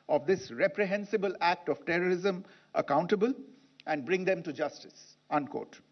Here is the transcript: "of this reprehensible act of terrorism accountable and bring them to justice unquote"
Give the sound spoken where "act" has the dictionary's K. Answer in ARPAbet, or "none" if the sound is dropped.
K